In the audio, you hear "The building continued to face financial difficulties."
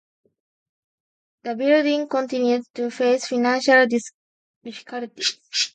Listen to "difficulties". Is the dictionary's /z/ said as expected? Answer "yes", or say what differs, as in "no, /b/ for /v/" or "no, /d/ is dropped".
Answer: no, /z/ is dropped